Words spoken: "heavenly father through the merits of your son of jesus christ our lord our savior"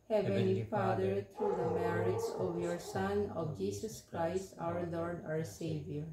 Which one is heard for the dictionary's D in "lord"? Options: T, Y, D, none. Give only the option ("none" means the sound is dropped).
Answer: D